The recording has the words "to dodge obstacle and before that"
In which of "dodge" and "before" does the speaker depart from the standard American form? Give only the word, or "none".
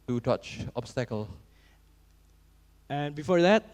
dodge